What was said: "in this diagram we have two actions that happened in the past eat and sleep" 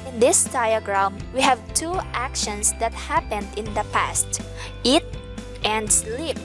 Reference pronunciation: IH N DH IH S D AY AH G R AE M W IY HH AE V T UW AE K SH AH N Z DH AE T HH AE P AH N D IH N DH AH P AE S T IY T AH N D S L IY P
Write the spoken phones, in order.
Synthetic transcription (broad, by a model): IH N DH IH S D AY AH G R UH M W IY HH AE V T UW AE K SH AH N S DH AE T HH AE P AH N D IH N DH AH P AE S T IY T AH N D S L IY P